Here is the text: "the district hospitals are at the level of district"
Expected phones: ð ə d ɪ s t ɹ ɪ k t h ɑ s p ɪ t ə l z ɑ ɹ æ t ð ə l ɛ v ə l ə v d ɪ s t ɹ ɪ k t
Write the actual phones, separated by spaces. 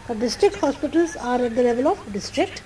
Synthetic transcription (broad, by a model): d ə d ɪ s t ɹ ɪ k t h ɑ s p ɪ t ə l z ɑ ɹ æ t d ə l ɛ v ə l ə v d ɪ s t ɹ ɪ k t